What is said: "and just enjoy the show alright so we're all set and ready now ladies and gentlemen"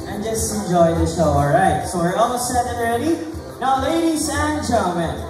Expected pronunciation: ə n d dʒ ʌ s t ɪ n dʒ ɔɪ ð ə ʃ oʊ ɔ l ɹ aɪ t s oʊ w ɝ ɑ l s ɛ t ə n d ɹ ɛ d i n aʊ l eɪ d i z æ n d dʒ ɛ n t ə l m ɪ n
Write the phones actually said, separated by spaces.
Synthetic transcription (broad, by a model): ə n dʒ ʌ s t ɪ n dʒ ɔɪ ð ə ʃ oʊ ɔ l ɹ aɪ t s oʊ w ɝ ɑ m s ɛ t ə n ɹ ɛ d i n aʊ l eɪ d i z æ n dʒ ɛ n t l m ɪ n